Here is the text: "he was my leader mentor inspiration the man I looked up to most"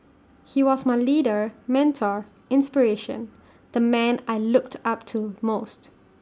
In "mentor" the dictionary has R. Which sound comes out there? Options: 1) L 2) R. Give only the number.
2